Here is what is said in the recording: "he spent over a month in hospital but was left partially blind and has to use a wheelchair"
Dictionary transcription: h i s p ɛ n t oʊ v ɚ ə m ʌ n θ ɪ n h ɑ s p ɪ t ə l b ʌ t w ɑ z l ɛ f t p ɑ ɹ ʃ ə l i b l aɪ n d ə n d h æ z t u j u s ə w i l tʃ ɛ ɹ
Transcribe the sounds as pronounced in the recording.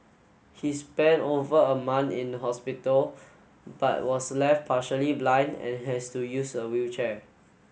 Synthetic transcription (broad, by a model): h i s p ɛ n t oʊ v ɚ ə m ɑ n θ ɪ n h ɑ s p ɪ t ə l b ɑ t w ɑ s l ɛ f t p ɑ ʃ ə l i b l aɪ n d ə n h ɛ s t u j u s ə w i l tʃ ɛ